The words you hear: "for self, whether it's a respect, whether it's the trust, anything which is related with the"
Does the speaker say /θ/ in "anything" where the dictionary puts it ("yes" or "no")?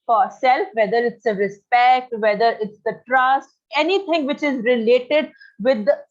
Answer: no